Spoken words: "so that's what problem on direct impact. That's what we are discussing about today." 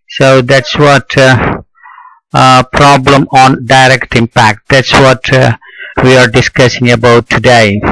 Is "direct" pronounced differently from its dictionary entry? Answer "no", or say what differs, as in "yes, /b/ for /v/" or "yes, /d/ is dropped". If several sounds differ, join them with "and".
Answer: no